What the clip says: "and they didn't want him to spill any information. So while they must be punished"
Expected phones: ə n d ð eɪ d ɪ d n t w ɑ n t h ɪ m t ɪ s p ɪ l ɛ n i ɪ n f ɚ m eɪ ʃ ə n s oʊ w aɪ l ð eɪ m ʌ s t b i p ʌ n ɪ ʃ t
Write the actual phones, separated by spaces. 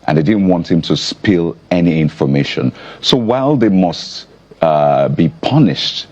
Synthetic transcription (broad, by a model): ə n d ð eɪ d ɪ d n t w ɑ n t h ɪ m t ɪ s p ɪ l ɛ n i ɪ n f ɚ m eɪ ʃ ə n s oʊ w aɪ l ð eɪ m ʌ s t b i p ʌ n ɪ ʃ t